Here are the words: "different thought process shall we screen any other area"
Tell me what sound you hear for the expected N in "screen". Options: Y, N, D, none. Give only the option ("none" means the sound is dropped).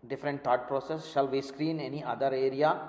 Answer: N